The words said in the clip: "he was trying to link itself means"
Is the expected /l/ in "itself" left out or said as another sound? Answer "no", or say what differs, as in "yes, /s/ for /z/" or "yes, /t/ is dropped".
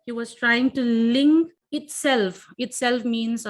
no